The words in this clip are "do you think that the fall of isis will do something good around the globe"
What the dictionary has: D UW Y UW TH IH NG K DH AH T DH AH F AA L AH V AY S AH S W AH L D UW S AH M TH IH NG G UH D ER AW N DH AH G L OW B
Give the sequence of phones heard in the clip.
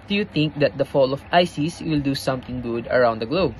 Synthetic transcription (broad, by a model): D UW Y UW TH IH NG K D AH T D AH F AA L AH F AY S AH S W AH L D UW S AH M T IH NG G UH D ER AW N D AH G L OW B